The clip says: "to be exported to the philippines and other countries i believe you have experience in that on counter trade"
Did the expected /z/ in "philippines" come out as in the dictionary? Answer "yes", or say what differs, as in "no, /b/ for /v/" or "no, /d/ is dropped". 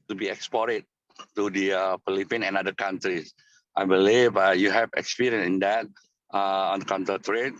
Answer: no, /z/ is dropped